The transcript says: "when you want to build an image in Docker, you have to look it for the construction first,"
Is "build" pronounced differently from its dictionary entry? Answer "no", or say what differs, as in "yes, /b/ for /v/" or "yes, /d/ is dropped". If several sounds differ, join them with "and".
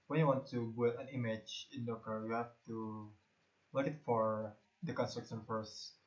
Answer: yes, /d/ is dropped